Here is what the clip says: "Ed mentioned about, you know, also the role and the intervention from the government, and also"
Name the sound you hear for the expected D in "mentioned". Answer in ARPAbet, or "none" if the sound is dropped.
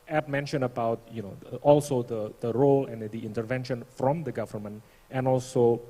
none